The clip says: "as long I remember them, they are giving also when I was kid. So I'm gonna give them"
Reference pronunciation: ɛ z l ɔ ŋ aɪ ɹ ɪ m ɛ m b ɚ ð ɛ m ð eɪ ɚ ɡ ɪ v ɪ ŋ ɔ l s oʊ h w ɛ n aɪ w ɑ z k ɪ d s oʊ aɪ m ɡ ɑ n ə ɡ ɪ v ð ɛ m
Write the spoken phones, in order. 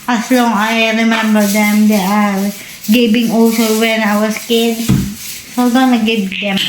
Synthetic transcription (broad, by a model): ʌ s l ɔ ŋ aɪ ɹ ɪ m ɛ m b ɚ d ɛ m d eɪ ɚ ɡ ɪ b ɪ ŋ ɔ s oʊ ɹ w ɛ n aɪ w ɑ s k ɪ d s oʊ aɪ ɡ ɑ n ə ɡ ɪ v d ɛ m